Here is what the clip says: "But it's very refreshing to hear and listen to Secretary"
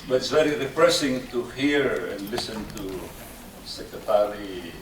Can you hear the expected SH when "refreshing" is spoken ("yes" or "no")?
no